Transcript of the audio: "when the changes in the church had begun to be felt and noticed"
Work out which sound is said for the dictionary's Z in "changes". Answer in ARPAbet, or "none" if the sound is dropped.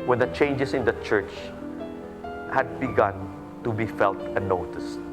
S